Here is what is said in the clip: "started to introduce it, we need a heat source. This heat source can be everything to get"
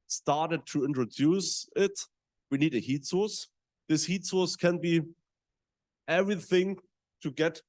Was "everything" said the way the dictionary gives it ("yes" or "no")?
yes